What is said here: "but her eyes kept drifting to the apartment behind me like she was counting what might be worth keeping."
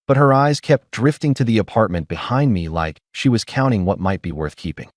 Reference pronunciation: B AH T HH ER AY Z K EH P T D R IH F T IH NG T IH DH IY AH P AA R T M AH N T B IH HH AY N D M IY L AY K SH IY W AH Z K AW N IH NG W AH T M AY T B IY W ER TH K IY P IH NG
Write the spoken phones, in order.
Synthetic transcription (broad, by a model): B AH T HH ER AY Z K EH P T D R IH F T IH NG T IH DH IY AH P AA R T M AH N B IH HH AY N D M IY L AY K SH IY W AH Z K AW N IH NG W AH T M AY T B IY W ER TH K IY P IH NG